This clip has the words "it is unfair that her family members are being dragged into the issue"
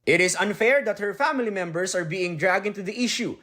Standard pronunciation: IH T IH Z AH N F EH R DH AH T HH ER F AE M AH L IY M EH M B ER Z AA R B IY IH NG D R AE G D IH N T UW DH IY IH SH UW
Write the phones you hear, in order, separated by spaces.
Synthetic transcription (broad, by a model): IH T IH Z AH N F EH R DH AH T HH ER F AE M AH L IY M EH M B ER S AA R B IY IH NG D R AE G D IH N T UW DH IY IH SH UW